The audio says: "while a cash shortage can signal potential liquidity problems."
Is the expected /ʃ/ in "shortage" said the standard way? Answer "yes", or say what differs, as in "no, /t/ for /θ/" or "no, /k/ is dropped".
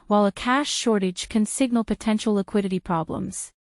yes